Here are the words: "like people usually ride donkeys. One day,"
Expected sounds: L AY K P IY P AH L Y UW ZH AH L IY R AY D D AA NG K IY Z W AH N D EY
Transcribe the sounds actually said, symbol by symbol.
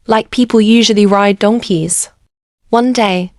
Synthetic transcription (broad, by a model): L AY K P IY P AH L Y UW ZH AH L IY R AY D D AA NG K IY Z W AH N D EY